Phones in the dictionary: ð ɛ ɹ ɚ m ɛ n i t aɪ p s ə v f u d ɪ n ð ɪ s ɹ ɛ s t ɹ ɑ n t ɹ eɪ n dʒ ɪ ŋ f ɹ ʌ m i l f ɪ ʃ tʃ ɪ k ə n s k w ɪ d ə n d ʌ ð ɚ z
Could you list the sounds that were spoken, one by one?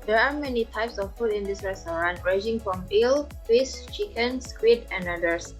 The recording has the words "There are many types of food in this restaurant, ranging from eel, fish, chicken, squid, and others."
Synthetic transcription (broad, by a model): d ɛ ɹ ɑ m ɛ n i t aɪ p s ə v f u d ɪ n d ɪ s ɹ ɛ s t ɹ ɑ n ɹ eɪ dʒ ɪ ŋ f ɹ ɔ m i l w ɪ s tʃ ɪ k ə n s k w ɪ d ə n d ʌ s